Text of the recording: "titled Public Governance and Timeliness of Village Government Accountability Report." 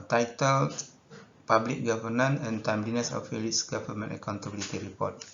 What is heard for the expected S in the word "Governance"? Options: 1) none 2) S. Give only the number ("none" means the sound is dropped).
1